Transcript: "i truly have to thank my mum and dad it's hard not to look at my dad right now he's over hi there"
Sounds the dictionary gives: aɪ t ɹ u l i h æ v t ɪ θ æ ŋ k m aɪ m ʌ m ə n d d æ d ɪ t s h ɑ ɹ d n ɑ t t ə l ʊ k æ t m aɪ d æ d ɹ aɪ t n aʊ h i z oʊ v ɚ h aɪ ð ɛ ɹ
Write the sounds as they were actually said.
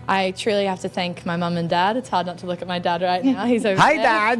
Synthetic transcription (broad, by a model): aɪ t ɹ u l i h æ f t ɪ θ æ ŋ k m aɪ m ʌ m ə n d d æ d ɪ t s h ɑ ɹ d n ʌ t t ə l ʊ k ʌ t m aɪ d æ d ɹ aɪ t n aʊ h i z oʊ ʊ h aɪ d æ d